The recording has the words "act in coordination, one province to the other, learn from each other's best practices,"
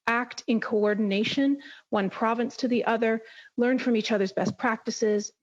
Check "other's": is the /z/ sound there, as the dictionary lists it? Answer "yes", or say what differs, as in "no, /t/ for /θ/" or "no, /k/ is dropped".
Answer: yes